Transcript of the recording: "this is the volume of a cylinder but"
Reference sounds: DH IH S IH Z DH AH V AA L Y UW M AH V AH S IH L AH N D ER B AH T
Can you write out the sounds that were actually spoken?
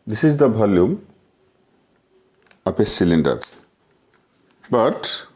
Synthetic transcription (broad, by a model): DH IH S IH Z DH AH B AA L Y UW M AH P AH S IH L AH N D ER B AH T